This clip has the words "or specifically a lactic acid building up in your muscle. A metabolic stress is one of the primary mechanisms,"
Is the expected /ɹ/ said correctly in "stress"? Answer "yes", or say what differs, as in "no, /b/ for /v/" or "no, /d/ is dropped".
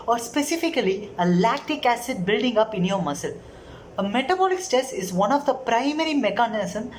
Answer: no, /ɹ/ is dropped